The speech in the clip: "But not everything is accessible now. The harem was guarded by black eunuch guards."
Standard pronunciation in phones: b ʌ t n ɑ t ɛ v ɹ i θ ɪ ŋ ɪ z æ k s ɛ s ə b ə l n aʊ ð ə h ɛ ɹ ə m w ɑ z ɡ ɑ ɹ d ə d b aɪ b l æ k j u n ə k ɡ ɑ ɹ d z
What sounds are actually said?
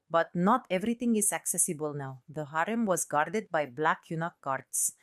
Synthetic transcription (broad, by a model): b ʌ t n ɑ t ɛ v ɹ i t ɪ ŋ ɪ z æ k s ɛ s ə b ə l n aʊ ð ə h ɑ ɹ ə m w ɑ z ɡ ɑ ɹ d ə d b aɪ b l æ k j u n ə k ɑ ɹ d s